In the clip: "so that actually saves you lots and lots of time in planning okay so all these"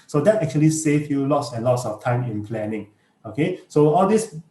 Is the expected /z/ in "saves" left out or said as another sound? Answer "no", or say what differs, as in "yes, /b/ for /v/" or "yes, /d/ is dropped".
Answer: yes, /z/ is dropped